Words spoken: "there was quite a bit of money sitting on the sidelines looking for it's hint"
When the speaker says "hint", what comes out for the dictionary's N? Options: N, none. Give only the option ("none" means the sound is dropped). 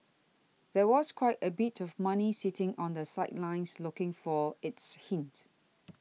N